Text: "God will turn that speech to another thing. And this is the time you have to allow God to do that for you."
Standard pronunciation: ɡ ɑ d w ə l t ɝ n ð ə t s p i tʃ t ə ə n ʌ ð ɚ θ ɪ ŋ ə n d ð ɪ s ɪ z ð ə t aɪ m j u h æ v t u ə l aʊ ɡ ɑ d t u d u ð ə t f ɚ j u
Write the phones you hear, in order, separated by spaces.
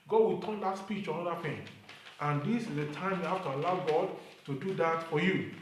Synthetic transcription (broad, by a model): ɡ ɑ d w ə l t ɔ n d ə t s p i tʃ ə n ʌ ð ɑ f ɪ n ə n d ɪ s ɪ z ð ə t aɪ m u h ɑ f t u ə l aʊ ɡ ɑ d t u d u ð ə t f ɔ j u